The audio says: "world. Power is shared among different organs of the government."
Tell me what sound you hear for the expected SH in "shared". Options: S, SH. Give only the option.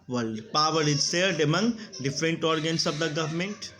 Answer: S